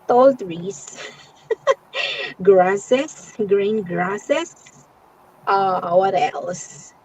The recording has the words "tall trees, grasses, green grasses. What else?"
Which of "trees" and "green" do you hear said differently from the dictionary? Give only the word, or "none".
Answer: trees